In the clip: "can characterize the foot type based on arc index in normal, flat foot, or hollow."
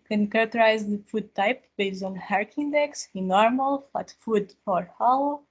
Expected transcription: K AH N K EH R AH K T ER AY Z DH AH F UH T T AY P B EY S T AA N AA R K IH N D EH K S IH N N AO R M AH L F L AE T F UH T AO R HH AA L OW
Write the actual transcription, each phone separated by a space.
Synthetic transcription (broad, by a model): K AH N K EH R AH K T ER AY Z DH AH F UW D T AY P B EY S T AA N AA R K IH N D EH K S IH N N AO R M AH L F AH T F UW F AO R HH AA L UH